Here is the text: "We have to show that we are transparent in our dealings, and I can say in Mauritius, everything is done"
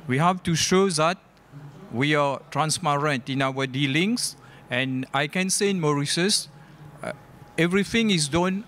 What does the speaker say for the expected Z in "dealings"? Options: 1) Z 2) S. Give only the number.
2